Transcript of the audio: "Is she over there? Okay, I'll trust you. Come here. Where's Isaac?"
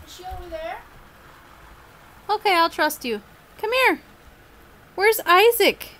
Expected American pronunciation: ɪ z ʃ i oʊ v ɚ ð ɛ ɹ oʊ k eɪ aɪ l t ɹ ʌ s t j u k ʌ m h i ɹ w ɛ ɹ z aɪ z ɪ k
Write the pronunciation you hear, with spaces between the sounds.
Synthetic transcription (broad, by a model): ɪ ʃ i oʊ i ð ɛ ɹ oʊ k eɪ aɪ l t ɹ ʌ s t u k ʌ m h i ɹ w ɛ ɹ z aɪ z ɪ k